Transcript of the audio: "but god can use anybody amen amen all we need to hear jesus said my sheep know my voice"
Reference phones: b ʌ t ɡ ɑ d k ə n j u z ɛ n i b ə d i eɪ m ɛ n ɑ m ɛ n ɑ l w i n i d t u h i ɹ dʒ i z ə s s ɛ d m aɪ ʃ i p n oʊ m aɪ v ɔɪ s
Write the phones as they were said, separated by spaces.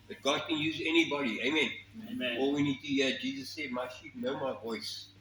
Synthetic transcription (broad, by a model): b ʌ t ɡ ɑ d k ə n j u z ɛ n i b ə d i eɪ ɑ m ɛ n ɑ l w i n i d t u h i dʒ i z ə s s ɛ d m aɪ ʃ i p n oʊ m aɪ v ɔɪ s